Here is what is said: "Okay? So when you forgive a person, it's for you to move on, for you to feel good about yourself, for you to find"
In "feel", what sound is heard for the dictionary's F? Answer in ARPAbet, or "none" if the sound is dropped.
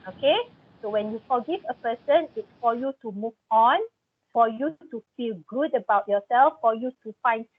F